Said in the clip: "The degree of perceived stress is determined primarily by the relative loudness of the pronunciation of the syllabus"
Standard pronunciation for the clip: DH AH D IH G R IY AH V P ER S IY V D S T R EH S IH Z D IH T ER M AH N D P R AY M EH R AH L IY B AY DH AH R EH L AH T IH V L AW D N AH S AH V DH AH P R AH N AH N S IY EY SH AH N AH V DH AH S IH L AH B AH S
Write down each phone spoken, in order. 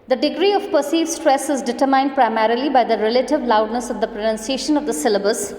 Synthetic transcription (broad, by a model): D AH D IH G R IY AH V P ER S IY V S T R EH S IH Z D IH T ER M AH N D P R AY M EH R AH L IY B AY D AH R EH L AH T IH V L AW D N AH S AH V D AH P R AH N AH N S IY EY SH AH N AH V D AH S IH L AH B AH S